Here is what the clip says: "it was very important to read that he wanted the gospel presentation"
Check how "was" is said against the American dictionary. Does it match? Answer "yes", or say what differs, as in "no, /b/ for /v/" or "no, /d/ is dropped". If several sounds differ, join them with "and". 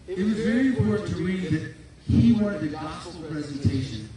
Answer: yes